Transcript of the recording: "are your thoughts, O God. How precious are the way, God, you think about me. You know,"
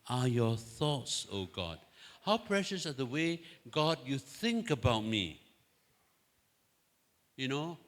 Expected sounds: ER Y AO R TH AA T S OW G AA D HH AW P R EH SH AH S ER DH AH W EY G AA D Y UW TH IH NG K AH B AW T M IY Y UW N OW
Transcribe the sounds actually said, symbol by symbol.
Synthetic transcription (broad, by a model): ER Y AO TH AA T S OW G AA D HH AW P R EH SH AH S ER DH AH W EY G AA D Y UW TH IH NG K AH B AW T M IY Y UW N OW